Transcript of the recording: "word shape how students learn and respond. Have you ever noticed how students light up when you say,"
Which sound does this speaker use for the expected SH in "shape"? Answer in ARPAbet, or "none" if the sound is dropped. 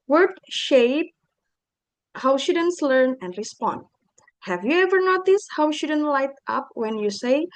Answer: SH